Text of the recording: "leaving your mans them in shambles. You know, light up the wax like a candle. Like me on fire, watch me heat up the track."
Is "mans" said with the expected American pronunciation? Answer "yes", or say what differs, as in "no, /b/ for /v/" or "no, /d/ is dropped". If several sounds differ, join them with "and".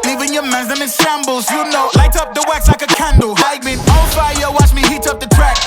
no, /n/ is dropped